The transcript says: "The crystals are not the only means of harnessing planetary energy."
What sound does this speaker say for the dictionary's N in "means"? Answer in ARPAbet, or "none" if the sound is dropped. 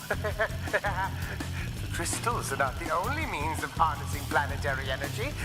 N